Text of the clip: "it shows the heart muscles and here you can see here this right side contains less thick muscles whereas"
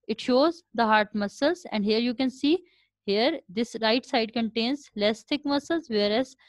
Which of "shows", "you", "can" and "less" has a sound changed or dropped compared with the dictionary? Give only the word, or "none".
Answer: none